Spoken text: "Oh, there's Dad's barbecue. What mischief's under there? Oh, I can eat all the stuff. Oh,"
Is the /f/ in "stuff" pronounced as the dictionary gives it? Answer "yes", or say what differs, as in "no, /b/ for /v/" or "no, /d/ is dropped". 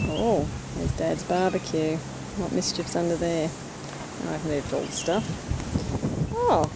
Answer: yes